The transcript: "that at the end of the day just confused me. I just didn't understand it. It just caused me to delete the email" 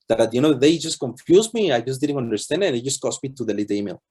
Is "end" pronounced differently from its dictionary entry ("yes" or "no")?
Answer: yes